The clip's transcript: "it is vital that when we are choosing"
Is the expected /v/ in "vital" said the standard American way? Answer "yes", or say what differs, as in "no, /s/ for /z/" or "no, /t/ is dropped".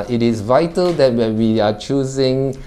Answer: yes